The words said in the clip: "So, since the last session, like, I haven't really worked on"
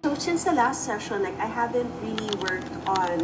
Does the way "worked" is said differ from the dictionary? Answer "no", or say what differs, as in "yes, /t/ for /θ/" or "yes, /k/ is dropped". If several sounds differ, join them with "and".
no